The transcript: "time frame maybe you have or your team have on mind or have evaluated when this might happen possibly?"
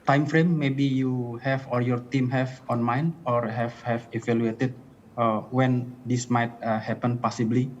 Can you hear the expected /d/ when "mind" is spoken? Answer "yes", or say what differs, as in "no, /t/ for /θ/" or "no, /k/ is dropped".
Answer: no, /d/ is dropped